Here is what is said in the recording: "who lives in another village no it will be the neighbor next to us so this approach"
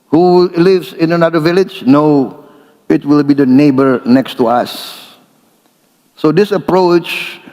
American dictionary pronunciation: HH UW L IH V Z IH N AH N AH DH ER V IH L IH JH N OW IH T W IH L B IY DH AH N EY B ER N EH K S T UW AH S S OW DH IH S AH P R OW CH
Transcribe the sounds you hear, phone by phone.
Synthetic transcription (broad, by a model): HH UW L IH V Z IH N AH N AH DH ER V IH L IH JH N OW IH T W IH L B IY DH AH N EY B ER N EH K S T UW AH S S OW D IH S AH P R OW CH